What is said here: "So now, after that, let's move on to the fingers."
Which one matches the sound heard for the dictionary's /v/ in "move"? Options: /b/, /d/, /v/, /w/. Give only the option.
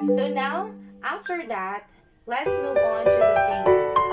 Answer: /v/